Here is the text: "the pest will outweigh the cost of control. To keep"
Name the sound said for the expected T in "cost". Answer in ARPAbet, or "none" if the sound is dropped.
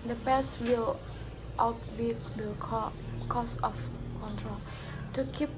none